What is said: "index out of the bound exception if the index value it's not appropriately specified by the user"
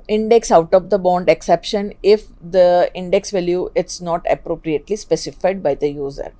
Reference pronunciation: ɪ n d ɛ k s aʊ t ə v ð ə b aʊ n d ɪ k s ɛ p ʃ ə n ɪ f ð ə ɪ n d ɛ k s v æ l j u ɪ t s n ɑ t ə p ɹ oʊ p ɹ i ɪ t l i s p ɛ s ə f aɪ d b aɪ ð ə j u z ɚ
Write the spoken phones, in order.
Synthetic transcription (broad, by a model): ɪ n d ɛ k s aʊ t ə v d ə b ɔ n d ɪ k s ɛ p ʃ ə n ɪ f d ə ɪ n d ɛ k s v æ l j u ɪ t s n ɑ t ə p ɹ oʊ p ɹ i ɪ t l i s p ɛ s ə f aɪ d b aɪ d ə j u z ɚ